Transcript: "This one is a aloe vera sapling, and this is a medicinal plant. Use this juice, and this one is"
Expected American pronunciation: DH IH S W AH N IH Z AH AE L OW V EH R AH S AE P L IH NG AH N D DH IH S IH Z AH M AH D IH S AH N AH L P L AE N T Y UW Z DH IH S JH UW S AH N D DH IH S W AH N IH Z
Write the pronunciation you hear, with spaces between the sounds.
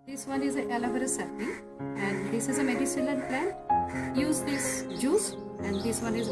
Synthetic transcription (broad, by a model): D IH S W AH N IH Z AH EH L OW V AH R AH S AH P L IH AH N D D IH S IH Z AH M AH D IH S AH L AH N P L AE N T Y UW Z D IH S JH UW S AH N D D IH S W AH N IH Z